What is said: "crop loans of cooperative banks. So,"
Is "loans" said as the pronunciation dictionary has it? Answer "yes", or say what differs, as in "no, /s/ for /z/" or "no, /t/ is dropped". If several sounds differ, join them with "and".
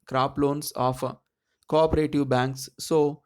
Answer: no, /s/ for /z/